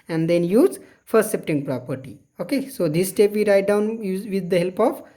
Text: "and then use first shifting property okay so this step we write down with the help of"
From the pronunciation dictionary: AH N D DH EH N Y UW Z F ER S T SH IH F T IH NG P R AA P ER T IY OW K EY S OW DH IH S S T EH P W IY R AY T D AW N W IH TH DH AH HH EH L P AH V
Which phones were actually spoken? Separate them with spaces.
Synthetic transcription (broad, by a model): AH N D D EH N Y UW Z F ER S T S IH P T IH NG P R AA P ER T IY OW K EY S OW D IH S S T EH P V IY R AY T D AW N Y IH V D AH HH EH L P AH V